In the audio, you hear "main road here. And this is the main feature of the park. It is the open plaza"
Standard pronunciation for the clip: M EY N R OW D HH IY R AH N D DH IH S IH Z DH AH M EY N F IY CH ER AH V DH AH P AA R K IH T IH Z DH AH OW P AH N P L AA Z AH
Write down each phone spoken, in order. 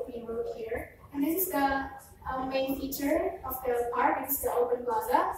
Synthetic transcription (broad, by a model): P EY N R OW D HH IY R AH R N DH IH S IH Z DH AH M EY N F IY CH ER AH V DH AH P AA R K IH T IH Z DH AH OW B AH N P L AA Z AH